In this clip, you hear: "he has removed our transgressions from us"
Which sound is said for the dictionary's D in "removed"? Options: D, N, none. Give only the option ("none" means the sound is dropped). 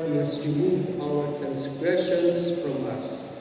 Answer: none